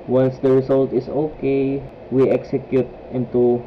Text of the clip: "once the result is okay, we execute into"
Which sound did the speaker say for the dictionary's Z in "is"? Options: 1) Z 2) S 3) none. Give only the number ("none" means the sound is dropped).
2